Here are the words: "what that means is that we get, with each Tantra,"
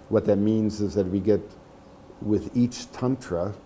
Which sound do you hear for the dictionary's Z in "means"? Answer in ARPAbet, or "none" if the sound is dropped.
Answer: Z